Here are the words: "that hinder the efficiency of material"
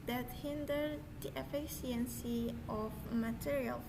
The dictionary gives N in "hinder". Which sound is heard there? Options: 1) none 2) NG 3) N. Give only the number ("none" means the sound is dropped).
3